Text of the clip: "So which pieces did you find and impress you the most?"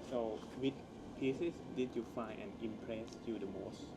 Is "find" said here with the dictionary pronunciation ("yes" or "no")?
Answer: no